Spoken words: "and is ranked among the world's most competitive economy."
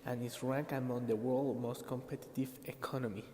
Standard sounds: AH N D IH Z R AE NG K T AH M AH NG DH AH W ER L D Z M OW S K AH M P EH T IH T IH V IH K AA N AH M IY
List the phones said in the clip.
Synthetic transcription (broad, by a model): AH N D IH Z R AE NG K AH M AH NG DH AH W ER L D M OW S K AH M P EH T IH T IH V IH K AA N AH M IY